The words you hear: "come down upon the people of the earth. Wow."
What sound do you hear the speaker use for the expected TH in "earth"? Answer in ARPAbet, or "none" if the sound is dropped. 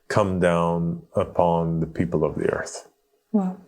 TH